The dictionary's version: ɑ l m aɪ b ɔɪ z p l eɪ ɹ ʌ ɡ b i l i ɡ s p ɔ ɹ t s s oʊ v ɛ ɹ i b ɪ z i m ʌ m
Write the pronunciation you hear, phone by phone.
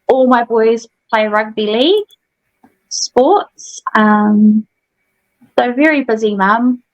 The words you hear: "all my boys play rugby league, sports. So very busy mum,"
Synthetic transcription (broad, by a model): ɑ l m aɪ b ɔɪ z p l eɪ ɹ ʌ ɡ b i l i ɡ s p ɔ t s s oʊ v ɛ ɹ i b ɪ z i m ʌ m